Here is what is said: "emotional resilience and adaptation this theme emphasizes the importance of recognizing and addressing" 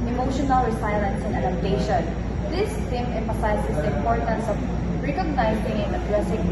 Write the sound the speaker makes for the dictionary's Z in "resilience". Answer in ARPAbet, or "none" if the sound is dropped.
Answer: S